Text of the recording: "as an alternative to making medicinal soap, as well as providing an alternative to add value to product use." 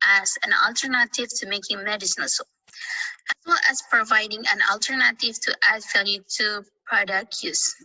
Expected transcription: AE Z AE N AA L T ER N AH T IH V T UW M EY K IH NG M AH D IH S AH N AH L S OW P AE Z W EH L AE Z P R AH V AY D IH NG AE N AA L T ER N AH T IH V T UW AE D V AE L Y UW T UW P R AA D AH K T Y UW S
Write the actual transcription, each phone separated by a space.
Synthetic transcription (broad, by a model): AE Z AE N AA L T ER N AH T IH V T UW M EY K IH NG M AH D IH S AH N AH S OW AE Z W EH L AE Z P R AH V AY D IH NG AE N AA L T ER N AH T IH V T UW AE D F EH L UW T UW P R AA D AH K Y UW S